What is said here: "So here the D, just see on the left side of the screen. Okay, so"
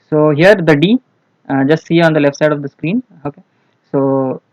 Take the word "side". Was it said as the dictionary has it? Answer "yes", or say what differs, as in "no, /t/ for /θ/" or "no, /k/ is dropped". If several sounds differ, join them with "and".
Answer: yes